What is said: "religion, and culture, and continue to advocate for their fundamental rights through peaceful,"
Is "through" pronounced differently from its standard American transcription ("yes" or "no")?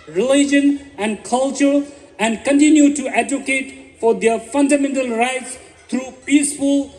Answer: yes